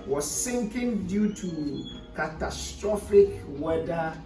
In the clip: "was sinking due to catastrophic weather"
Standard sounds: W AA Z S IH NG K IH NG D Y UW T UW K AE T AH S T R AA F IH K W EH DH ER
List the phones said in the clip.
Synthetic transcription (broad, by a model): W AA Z S IH NG K IH NG D Y UW T UW K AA T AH S T R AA F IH K W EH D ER